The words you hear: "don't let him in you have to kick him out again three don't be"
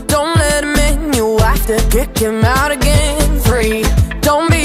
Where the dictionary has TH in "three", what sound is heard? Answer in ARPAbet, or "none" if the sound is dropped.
F